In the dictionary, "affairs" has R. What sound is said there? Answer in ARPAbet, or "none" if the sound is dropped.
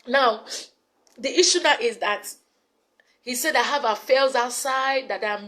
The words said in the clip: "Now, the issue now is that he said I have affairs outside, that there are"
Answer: L